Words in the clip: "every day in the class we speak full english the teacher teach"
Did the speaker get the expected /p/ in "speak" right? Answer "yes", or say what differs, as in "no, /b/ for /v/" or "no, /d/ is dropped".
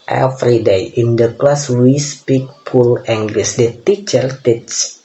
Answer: yes